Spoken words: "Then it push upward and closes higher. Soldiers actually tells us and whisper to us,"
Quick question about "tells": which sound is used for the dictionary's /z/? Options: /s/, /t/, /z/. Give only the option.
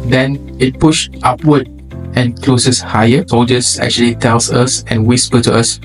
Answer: /s/